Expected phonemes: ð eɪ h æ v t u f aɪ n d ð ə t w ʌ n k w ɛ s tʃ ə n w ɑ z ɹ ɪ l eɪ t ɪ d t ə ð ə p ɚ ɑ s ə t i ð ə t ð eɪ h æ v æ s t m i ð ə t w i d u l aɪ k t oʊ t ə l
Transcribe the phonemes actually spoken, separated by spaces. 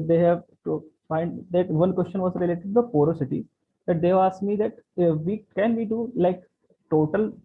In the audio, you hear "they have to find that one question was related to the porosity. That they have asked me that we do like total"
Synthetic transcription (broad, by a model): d eɪ h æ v t u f aɪ n d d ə t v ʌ n k w ɛ s tʃ ə n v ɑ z ɹ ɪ l eɪ t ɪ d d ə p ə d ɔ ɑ s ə t i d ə t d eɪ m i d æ t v i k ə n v i d u l aɪ k t oʊ t ə l